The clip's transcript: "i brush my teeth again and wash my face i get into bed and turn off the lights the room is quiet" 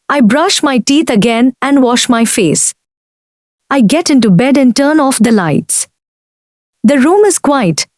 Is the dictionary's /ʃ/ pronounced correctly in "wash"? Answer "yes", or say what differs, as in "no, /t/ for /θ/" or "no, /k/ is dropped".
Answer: yes